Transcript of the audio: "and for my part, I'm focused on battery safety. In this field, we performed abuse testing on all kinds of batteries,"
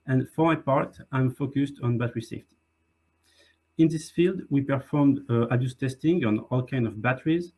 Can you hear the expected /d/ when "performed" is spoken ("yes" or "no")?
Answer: yes